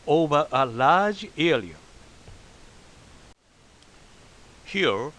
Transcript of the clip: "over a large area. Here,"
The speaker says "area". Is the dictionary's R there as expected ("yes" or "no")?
no